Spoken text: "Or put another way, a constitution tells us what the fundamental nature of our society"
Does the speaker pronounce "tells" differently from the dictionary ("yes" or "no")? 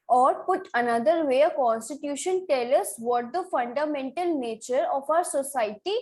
yes